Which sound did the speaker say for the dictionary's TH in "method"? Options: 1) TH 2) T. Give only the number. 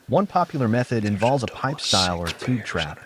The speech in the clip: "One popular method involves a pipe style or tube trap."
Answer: 1